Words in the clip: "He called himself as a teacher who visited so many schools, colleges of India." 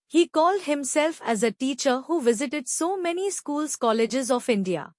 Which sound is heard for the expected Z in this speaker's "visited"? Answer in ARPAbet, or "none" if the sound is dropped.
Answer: Z